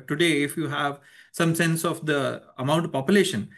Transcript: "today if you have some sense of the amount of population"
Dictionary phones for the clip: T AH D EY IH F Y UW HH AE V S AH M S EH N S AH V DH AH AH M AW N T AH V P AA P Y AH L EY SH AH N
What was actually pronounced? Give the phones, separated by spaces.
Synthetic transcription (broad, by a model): T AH D EY IH F Y UW HH AE V S AH M S EH N S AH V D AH AH M AW N T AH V P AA P Y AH L EY SH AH N